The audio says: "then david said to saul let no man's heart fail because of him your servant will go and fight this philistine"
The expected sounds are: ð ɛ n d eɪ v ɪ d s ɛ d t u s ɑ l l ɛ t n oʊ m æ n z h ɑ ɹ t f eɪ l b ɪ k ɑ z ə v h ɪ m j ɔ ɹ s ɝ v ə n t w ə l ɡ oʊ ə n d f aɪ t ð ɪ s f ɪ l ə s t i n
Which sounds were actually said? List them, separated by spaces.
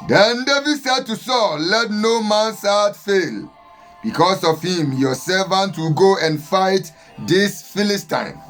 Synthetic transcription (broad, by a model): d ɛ n d eɪ v ɪ d s ɛ d t u s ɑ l l ɛ t n oʊ m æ n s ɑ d f eɪ l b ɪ k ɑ s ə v h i m j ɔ s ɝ v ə n t w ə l ɡ oʊ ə n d f aɪ t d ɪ s f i l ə s t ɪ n